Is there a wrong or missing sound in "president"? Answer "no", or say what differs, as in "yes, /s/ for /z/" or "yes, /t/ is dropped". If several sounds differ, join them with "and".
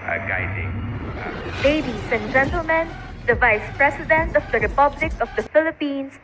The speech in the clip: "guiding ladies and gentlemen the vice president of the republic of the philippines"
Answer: yes, /s/ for /z/